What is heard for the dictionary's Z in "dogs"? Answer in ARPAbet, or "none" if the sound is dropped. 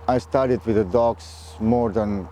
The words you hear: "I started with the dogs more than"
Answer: S